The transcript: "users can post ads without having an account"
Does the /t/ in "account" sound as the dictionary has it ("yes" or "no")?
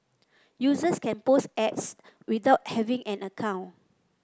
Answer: no